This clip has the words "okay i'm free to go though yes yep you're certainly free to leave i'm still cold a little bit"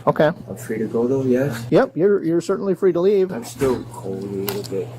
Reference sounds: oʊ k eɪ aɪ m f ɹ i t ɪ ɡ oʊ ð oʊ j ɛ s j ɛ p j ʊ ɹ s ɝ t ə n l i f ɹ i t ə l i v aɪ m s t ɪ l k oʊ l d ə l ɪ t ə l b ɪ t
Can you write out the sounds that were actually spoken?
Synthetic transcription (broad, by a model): oʊ k eɪ aɪ m f ɹ i t ɪ ɡ oʊ ð oʊ j ɛ s j ɛ p j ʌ ɹ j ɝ s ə n l i f ɹ i t ə l i v aɪ m s t ɪ l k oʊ ə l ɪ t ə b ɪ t